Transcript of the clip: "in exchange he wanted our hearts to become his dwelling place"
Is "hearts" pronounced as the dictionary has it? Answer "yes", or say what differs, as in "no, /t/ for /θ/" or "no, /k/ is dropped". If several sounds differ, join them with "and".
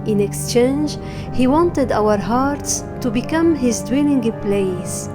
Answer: yes